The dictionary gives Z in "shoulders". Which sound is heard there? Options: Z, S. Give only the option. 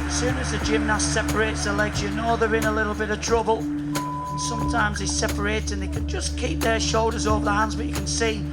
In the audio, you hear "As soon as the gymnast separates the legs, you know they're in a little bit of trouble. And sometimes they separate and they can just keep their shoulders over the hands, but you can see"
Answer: Z